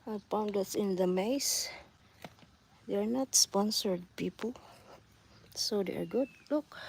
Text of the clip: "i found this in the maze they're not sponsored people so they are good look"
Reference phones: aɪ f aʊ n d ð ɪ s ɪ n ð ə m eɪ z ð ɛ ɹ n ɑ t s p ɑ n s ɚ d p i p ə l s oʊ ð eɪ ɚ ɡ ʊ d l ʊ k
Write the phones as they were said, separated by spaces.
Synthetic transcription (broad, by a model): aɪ p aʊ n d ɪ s ɪ n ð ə m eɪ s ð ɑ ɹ n ɑ t s p ɑ n s ɚ d p i p ə l s oʊ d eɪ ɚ ɡ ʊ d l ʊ k